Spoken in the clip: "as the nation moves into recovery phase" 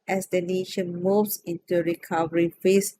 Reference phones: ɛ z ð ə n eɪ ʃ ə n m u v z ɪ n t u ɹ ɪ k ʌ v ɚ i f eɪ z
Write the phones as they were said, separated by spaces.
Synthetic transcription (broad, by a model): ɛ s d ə n eɪ ʃ ə n m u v s ɪ n t u ɹ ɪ k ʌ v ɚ i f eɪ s